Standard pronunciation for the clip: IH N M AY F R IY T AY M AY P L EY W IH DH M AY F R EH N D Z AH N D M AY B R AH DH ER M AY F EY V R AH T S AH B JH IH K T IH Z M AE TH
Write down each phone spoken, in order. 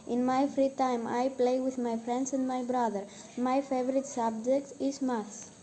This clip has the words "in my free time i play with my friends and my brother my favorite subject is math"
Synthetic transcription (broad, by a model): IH N M AY F R IY T AY M AY P L EY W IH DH M AY F R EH N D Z AH N D M AY B R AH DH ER M AY F EY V R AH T S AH B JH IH K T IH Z M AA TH